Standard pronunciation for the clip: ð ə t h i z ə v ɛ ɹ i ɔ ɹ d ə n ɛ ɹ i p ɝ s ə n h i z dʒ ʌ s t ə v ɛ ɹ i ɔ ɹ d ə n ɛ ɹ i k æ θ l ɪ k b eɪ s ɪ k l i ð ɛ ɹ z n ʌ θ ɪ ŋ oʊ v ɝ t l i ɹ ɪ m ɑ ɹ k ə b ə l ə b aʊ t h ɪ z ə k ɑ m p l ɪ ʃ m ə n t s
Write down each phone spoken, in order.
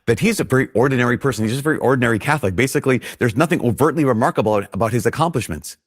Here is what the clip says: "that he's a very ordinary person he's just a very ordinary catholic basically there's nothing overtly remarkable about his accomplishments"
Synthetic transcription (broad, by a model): ð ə t h i z ə v ɛ ɹ i ɔ ɹ d n ɛ ɹ i p ɝ s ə n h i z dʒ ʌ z ə v ɛ ɹ i ɔ ɹ d n ɛ ɹ i k æ θ l ɪ k b eɪ s ɪ k l i ð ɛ ɹ z n ʌ θ ɪ ŋ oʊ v ɝ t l i ɹ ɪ m ɑ ɹ k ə b l ə b aʊ t h ɪ z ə k ɑ m p l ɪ ʃ m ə n t s